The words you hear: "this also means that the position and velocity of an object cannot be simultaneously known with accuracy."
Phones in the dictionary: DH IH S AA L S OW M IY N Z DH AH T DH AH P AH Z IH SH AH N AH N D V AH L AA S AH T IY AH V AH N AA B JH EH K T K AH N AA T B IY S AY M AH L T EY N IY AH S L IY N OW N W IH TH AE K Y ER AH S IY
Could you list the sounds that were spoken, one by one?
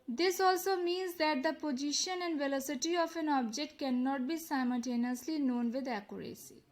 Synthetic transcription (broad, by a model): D IH S AA L S OW M IY N Z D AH T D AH P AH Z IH SH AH N AH N D V AH L AA S AH T IY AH F AH N AA B JH EH K T K AH N AA T B IY S AY M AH L T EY N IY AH S L IY N OW N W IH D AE K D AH S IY